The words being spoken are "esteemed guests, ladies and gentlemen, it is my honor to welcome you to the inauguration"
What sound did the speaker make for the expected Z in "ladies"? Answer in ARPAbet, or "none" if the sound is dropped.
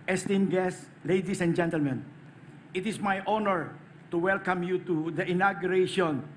S